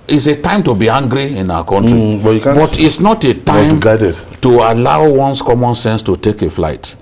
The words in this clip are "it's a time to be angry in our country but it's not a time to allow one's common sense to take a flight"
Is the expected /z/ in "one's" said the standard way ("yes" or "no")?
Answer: no